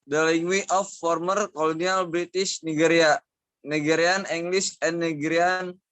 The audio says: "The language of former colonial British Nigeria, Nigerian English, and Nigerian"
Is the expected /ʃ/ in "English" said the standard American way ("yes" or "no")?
no